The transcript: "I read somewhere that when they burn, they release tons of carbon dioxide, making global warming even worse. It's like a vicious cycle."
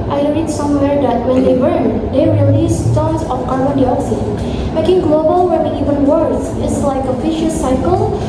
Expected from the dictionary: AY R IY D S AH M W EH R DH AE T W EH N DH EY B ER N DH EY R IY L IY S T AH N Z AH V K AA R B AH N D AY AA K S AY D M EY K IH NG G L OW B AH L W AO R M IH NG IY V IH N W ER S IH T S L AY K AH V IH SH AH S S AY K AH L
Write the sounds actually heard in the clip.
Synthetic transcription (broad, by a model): AY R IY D S AH M W EH R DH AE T W EH N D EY B ER N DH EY R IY L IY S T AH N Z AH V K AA R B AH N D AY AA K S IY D M EY K IH NG G L OW B AH L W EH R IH IY V IH N W ER S IH T S L AY K AH F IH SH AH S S AY K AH L